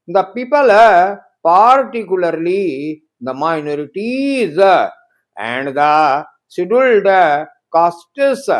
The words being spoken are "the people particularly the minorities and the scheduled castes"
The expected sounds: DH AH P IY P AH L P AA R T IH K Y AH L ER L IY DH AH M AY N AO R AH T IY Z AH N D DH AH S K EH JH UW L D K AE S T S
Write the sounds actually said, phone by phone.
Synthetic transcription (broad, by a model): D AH P IY P AH L P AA R T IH K Y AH L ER L IY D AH M AY N AO R AH T IY Z AH N D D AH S IY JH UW L D K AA S T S